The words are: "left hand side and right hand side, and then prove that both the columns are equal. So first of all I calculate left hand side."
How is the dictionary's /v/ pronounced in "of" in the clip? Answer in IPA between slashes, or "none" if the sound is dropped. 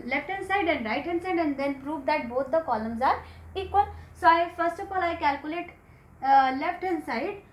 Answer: /p/